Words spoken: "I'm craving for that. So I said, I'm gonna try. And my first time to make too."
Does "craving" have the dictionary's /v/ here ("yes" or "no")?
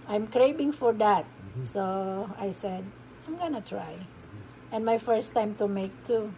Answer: no